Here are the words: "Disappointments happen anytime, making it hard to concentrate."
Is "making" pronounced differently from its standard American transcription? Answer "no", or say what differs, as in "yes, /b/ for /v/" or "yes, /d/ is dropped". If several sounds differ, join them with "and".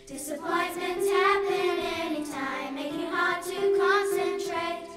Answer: yes, /k/ is dropped